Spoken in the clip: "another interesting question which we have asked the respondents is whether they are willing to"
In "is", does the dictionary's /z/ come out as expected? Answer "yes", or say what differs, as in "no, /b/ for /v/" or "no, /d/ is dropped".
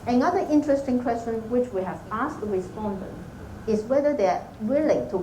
no, /s/ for /z/